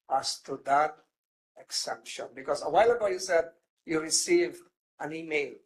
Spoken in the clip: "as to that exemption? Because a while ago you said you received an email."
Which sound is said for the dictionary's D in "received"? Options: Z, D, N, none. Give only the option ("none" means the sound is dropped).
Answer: none